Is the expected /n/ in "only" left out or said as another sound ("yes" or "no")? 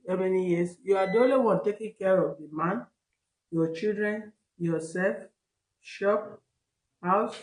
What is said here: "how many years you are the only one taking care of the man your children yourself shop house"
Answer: yes